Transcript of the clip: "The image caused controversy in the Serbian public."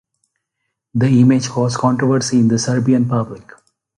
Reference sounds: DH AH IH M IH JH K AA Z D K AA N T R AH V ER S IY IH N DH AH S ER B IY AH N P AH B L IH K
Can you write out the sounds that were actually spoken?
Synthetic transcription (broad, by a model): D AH IH M IH JH K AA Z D K AA N T R AH V ER S IY IH N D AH S ER B IY AH N P AH B L IH K